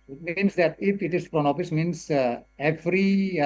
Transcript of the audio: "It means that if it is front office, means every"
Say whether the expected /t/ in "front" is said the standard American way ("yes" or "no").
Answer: no